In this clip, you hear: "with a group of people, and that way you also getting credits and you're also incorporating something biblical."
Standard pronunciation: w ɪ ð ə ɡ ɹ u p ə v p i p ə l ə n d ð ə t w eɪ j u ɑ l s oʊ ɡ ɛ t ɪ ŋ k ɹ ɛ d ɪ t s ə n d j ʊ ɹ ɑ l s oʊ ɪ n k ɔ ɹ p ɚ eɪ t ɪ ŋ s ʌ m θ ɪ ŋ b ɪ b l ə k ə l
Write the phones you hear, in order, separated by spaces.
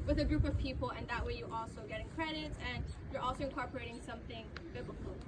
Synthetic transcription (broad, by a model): w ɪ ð ə ɡ ɹ u p ə v p i p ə l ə n ð ə t w eɪ j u ɑ l s oʊ ɡ ɛ t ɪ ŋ k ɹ ɛ d ɪ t ə n j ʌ ɹ ɑ l s oʊ ɪ n k ɔ ɹ p ɚ eɪ t ɪ ŋ s ʌ m θ ɪ ŋ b ɪ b l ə k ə l